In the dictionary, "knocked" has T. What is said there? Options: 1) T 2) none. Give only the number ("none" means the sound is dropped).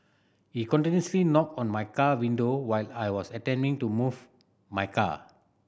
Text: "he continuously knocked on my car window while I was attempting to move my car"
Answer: 2